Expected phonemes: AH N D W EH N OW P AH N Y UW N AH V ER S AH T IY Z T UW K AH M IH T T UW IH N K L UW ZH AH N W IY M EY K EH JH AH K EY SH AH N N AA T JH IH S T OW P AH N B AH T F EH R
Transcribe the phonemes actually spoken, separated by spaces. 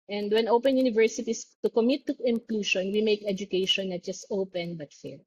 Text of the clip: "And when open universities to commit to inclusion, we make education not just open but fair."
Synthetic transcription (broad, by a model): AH N D W EH N OW P AH N Y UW N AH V ER S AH T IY S T UW K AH M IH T T UW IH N K L UW SH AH N W IY M EY K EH JH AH K EY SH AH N N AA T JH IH S T OW P AH N B AH T F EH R